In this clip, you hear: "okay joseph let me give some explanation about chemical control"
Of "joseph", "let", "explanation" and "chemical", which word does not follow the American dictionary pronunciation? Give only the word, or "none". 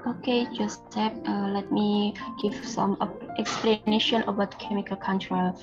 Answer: joseph